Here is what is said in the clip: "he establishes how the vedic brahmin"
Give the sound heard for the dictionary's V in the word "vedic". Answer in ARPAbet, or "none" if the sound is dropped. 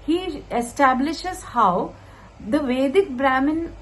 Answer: V